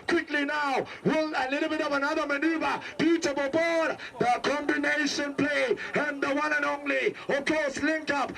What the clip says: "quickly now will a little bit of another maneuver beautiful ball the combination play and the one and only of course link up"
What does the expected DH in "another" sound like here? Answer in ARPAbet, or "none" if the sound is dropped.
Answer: DH